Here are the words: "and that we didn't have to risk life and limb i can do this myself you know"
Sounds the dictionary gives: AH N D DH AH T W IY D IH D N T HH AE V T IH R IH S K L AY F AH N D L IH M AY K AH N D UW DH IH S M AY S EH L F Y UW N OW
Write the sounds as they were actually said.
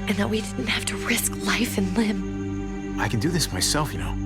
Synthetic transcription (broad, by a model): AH N DH AH T W IY D IH D N T HH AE F T IH R IH S K L AY F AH N L IH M AY K AH N D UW DH IH S M AY S EH L F Y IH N OW